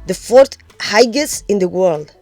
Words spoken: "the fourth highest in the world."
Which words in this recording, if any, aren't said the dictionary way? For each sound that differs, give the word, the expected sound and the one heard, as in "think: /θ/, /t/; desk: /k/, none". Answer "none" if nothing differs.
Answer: highest: /t/, none